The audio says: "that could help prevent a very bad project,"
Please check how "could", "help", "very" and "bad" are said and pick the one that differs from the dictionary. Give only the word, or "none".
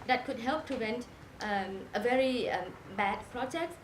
none